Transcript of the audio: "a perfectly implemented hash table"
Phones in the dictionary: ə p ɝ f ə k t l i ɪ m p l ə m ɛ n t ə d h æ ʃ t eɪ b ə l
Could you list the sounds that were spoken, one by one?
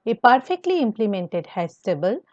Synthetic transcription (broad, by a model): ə p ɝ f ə k t l i ɪ m p l ə m ɛ n t ə d h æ s t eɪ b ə l